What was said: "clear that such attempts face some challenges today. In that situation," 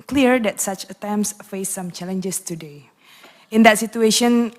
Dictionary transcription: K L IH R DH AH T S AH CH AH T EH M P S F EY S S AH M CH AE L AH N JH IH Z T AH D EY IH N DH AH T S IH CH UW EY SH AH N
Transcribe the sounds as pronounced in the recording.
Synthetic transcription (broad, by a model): K L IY R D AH T S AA CH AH T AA M S F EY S S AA M CH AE L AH N JH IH S T AH D EY IH N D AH T S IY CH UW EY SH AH N